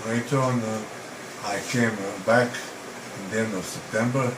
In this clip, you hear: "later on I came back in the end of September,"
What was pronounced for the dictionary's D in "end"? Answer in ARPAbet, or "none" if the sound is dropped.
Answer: none